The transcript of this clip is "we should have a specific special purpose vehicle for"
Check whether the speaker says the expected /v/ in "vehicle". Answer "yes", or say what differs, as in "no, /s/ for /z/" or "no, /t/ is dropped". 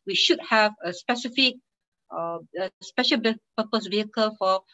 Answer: yes